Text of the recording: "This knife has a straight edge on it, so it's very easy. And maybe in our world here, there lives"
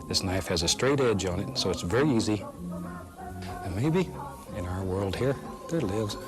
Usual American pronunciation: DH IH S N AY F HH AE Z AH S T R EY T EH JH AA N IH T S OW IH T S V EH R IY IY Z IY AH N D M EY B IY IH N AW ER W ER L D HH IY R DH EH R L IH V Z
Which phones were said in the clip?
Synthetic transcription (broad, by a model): DH IH S N AY F HH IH Z AH S T R EY T EH JH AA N IH T S OW IH T S V EH R IY IY Z IY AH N M EY B IY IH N AW ER W ER L D HH IY R DH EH R L IH V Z